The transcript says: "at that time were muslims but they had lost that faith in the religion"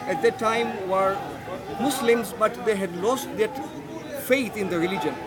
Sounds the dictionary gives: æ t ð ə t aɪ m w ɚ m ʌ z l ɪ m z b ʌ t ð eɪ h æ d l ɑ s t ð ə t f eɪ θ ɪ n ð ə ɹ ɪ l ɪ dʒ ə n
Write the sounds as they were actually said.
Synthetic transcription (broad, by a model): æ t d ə t aɪ m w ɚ m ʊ s l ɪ m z b ʌ t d eɪ h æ d l ɑ s t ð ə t f eɪ t ɪ n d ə ɹ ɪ l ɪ dʒ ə n